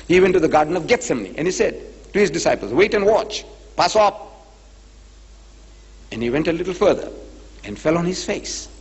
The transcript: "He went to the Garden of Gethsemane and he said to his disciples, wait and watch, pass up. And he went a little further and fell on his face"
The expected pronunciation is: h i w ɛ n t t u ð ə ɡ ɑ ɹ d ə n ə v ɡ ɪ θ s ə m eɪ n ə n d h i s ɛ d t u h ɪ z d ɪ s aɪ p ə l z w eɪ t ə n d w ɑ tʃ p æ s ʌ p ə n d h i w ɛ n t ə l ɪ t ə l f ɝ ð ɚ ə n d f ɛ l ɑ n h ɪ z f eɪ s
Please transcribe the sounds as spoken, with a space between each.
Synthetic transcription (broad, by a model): h i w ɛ n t t u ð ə ɡ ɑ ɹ d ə n ə v ɡ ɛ t s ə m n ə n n h i s ɛ d t u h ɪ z d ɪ s aɪ p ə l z w eɪ t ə n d w ɑ tʃ p æ s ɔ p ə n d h i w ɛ n t ə l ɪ t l f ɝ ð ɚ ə n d f ɛ l ɑ n h ɪ z f eɪ s